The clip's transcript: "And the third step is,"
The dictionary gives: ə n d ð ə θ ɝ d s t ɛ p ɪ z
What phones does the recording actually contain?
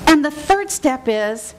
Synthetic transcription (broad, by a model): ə n ð ə θ ɝ d s t ɛ p ɪ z